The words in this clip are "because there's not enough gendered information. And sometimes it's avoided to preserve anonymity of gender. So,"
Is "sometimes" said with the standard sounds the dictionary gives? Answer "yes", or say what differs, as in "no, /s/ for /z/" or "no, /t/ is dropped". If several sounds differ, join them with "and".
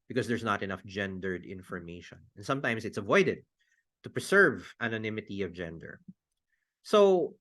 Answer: no, /s/ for /z/